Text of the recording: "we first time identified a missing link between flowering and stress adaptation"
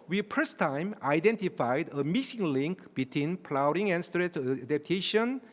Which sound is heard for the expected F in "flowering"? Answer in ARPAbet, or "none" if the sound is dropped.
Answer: P